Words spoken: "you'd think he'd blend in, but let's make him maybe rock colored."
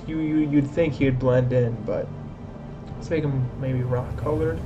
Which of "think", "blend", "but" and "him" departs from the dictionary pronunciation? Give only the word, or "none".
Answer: none